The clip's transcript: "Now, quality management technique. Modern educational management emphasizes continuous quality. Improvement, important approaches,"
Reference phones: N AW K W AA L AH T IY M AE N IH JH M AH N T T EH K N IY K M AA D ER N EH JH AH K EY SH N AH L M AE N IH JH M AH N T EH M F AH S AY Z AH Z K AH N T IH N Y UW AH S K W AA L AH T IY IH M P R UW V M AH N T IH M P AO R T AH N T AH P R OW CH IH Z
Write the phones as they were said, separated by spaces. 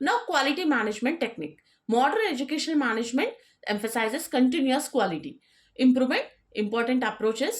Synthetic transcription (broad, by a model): N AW K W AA L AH T IY M AE N IH JH M AH N T T EH K N IY K M AA D ER N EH JH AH K EY SH AH N M AE N IH JH M AH N T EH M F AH S AY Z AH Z K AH N T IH N Y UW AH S K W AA L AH T IY IH M P R UW V M AH N T IH M P AO R T AH N T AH P R OW CH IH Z